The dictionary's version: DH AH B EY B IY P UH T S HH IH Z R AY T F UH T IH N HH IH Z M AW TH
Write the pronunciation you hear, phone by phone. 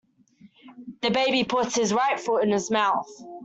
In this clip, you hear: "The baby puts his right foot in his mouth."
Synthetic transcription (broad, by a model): DH AH B EY B IY P UH T S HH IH Z R AY T F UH IH N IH Z M AW TH